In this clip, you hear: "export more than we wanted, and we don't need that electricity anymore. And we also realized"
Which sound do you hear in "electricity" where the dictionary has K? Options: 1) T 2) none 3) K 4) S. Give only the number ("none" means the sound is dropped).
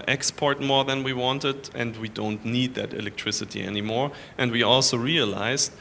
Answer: 3